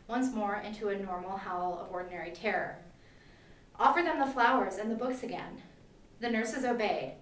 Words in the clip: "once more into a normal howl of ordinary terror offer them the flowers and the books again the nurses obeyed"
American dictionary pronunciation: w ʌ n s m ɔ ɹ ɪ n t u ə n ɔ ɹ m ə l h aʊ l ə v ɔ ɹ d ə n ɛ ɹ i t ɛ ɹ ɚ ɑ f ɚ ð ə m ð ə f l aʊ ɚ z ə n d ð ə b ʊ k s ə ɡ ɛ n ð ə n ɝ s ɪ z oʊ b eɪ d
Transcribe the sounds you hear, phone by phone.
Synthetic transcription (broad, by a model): w ʌ n s m ɔ ɹ ɪ n t u ə n ɔ ɹ m l h aʊ l ə v ɔ ɹ d n ɛ ɹ i t ɛ ɹ ɚ ɑ f ɚ ð ə m ð ə f l aʊ ɚ z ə n ð ə b ʊ k s ə ɡ ɛ n ð ə n ɝ s ɪ z oʊ b eɪ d